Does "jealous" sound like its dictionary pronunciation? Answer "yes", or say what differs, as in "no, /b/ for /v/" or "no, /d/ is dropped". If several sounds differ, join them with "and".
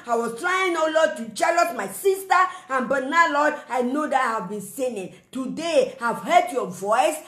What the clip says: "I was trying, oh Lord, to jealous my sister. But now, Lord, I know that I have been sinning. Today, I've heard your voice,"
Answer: no, /tʃ/ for /dʒ/